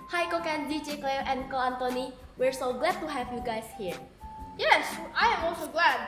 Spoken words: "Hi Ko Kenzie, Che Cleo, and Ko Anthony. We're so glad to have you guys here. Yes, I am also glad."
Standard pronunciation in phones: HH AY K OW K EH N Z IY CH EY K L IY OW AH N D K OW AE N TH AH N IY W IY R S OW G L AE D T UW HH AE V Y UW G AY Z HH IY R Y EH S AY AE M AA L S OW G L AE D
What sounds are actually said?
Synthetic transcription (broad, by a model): HH AY K OW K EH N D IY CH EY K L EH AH N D K OW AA N T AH N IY W IY R S OW G L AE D T UW HH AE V Y UW G AY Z HH IY R Y EH S AY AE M AA L S OW G L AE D